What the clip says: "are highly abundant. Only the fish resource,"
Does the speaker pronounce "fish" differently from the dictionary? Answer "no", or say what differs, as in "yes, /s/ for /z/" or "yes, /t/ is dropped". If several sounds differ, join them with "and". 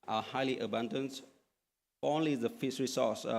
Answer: yes, /s/ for /ʃ/